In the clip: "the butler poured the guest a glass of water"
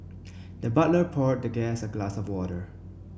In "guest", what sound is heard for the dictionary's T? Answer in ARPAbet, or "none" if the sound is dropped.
none